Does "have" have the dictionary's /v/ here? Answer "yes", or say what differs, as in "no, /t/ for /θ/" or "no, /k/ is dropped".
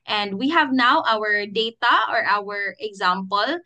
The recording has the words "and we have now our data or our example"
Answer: yes